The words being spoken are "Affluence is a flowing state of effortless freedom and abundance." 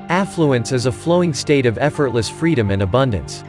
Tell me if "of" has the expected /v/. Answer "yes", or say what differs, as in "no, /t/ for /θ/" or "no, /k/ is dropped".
yes